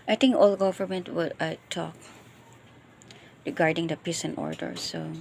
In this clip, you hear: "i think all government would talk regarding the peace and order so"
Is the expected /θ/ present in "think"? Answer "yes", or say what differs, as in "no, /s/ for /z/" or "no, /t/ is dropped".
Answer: no, /t/ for /θ/